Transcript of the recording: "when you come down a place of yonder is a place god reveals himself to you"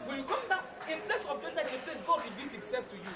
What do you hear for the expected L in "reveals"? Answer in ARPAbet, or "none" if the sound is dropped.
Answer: none